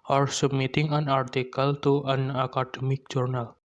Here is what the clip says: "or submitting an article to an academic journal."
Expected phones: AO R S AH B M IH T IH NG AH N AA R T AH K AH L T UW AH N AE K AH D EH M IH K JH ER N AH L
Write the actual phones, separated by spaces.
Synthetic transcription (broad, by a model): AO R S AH M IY T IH NG AH N AA R T AH K AH L T UW AH N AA K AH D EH M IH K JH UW N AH L